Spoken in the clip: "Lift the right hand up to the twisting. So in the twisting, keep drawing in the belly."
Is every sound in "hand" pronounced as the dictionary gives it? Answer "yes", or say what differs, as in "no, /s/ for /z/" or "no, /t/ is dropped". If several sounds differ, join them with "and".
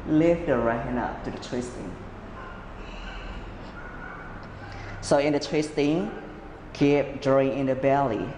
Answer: no, /d/ is dropped